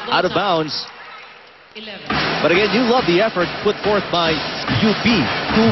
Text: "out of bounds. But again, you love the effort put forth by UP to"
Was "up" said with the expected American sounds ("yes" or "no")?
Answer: no